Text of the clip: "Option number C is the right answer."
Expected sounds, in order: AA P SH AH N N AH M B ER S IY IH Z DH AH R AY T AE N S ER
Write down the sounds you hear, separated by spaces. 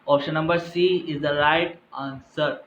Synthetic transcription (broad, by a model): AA P SH AH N N AH M B ER S IY IH Z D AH R AY T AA N S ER